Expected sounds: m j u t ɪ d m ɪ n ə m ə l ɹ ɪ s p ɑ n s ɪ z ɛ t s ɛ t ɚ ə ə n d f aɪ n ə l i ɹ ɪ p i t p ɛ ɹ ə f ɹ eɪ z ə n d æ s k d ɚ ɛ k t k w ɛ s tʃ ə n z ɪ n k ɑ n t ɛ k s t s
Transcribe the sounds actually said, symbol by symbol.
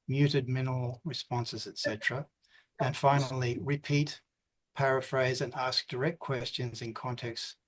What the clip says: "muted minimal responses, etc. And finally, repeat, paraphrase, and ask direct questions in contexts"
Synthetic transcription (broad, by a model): m j u t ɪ d m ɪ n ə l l ɹ ɪ s p ɑ n s ɪ z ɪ t s ɛ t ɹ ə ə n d f aɪ n l i ɹ ɪ p i t p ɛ ɹ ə f ɹ eɪ z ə n æ s k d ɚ ɛ k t k w ɛ s tʃ ə n z ɪ n k ɑ n t ɛ k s s